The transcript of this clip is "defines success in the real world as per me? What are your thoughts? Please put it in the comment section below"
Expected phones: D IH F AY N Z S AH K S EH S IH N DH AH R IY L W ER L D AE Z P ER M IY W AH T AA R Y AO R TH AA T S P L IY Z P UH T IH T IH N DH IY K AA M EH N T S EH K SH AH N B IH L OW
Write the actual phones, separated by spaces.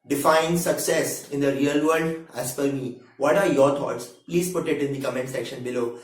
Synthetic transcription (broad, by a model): D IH F AY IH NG S AH K S EH S IH N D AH R IY L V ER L D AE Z F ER M IY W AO T AA R Y AO R T AA T S P L IY Z P UH T IH T IH N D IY K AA M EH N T S EH K SH AH N B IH L OW